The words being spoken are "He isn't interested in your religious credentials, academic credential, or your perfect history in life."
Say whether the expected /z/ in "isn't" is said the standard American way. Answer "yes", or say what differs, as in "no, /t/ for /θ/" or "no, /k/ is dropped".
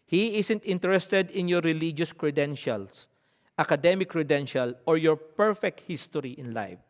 no, /s/ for /z/